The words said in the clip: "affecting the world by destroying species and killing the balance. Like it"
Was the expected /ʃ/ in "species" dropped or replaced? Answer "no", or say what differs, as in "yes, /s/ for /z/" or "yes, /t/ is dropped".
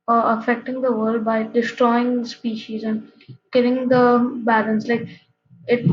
no